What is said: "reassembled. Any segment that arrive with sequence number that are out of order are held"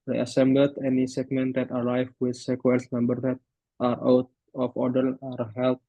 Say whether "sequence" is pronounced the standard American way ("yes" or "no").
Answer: no